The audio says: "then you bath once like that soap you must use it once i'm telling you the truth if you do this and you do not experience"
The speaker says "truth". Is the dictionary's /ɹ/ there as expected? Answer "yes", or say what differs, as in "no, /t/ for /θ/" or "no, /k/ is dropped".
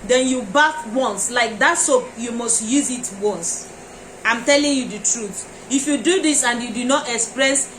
yes